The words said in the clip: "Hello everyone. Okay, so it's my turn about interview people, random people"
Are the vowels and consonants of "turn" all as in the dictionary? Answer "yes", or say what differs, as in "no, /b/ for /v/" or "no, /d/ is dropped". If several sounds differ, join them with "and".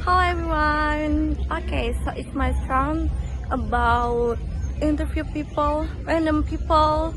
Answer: no, /s/ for /t/